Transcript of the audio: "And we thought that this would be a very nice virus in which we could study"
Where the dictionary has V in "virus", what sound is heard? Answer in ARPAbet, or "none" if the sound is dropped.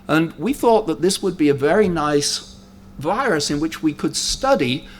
V